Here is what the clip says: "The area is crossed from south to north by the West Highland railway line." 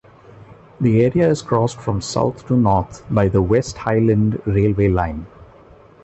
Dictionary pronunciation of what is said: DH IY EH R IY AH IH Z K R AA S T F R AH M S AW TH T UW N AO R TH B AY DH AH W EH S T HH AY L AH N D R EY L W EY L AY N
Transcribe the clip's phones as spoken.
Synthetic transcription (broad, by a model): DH IY EH R IY AH IH Z K R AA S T F R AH M S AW T T UW N AO R T B AY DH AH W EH S T HH AY L AH N D R EY L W EY L AY N